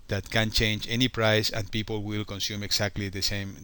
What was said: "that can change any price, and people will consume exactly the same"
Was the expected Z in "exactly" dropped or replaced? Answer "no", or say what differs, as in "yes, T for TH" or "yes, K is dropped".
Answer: yes, S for Z